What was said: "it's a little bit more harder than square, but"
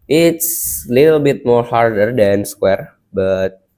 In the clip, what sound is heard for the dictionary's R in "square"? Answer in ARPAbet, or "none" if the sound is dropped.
R